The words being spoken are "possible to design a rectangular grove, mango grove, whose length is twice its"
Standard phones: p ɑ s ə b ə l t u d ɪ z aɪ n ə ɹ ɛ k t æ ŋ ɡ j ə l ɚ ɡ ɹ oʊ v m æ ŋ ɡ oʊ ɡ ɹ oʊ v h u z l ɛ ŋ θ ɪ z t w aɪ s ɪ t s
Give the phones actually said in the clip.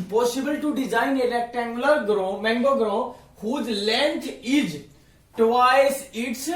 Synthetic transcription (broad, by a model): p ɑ s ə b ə l t u d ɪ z aɪ n ə l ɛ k t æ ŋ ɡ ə l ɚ ɡ ɹ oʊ m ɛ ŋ ɡ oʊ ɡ ɹ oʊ h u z l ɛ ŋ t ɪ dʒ t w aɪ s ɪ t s